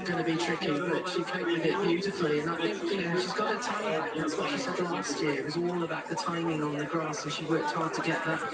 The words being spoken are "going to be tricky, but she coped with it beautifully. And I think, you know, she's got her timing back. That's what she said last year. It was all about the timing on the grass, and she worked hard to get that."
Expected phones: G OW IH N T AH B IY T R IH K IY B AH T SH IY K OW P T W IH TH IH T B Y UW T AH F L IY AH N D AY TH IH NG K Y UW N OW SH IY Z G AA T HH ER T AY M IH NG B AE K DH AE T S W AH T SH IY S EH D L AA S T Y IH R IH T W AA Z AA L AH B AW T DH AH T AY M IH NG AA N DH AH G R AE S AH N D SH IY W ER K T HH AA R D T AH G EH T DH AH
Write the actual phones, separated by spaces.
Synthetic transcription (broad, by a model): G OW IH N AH B IY T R IH K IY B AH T SH IY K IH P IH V IH T B Y UW T AH F L IY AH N AY TH IH NG K Y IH N OW SH IY Z G AA T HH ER T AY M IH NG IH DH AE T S W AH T SH IY S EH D L AA S T Y IH R IH T W AA Z AA L AH B AW T DH AH T AY M IH NG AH N DH AH G R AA S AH N SH IY W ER K T HH AA R D T AH G EH T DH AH